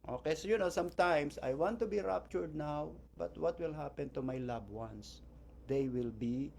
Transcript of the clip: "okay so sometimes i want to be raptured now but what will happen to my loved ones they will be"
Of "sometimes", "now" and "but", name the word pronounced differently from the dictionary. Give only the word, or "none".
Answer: sometimes